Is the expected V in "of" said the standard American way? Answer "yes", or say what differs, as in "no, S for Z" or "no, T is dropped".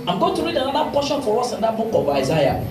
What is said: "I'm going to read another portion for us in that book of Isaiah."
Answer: no, B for V